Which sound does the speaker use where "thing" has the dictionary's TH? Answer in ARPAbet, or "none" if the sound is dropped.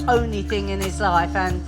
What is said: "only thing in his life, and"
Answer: TH